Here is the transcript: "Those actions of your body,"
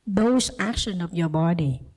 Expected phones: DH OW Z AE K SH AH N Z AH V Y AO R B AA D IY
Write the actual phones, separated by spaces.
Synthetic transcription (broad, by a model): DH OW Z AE K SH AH N AH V Y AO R B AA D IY